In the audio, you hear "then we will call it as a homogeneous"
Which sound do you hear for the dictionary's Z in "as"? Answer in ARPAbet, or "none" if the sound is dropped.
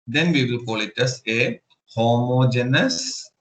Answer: S